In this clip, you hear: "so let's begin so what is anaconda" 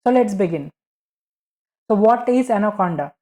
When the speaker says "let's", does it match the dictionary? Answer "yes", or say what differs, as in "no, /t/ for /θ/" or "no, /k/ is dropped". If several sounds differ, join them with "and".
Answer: yes